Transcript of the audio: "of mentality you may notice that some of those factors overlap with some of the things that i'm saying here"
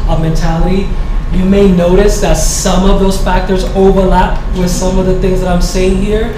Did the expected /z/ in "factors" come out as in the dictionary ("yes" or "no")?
yes